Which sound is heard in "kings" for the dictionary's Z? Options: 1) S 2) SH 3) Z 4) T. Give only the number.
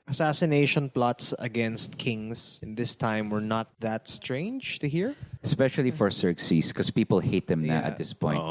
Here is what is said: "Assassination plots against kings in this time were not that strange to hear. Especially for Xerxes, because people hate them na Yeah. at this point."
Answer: 1